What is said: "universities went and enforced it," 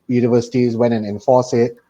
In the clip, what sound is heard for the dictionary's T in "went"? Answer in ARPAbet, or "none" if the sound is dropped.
none